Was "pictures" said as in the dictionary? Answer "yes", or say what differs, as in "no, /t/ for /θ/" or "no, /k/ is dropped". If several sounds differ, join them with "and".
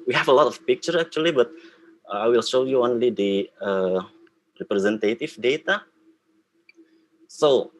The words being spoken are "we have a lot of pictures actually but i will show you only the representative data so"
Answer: no, /z/ is dropped